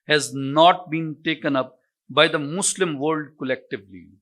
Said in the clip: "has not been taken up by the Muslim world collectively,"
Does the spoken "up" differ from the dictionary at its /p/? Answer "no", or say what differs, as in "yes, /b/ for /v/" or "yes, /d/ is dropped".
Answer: no